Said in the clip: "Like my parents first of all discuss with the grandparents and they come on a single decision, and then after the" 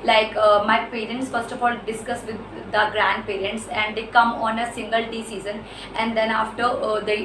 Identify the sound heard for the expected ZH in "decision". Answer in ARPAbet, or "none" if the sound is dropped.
Z